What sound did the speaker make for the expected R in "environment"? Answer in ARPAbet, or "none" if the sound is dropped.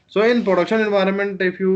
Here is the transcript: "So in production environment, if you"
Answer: R